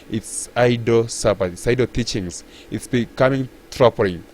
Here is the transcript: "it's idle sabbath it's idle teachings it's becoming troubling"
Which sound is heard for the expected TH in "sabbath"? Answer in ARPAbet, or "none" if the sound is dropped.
T